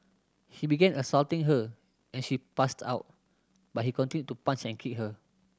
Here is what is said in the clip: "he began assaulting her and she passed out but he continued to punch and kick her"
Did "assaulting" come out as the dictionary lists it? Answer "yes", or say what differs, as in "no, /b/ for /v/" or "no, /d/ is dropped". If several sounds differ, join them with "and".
yes